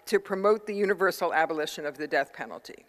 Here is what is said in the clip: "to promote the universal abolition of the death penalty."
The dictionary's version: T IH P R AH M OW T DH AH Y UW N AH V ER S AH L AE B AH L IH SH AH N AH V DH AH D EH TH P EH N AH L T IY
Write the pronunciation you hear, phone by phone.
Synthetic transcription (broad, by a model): T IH P R AH M OW T DH AH Y UW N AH V ER S L AE B AH L IH SH AH N AH V DH AH D EH TH P EH N L T IY